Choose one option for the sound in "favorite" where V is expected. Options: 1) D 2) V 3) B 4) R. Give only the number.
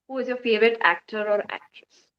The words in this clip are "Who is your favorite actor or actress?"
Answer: 2